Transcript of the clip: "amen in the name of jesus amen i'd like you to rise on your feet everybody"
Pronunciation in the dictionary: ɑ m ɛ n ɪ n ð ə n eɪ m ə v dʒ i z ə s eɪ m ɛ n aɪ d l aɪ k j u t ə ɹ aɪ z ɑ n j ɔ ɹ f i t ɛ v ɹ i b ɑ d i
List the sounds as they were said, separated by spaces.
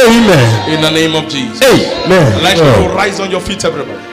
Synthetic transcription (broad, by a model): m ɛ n ɪ n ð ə n eɪ m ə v dʒ i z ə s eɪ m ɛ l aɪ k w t ɹ aɪ z ɑ n j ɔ f i t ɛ v ɹ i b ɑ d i